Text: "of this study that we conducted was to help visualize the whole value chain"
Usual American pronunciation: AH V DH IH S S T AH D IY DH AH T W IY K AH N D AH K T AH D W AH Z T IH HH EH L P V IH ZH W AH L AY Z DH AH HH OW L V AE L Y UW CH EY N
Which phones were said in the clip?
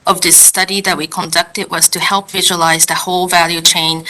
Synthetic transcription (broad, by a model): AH V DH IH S S T AH D IY DH AH T W IY K AH N D AH K T AH D W AH Z T IH HH EH L P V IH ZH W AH L AY Z DH AH HH OW L V AE L Y UW CH EY N